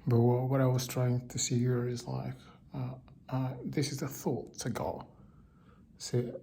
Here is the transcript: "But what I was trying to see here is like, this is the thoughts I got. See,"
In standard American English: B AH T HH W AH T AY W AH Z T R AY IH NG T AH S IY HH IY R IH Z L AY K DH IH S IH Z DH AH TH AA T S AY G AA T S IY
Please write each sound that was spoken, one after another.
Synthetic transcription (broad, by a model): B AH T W W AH T AY W AH Z T R AY IH NG T AH S IY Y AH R IH Z L AY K DH IH S IH Z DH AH TH AA T AH G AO S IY